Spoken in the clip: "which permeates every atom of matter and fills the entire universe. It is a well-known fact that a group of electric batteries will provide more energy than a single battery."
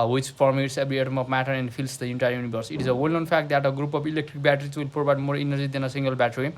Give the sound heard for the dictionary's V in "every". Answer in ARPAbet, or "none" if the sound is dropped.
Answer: B